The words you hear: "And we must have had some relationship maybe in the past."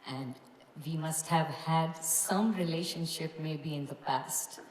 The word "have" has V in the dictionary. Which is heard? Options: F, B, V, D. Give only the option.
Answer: V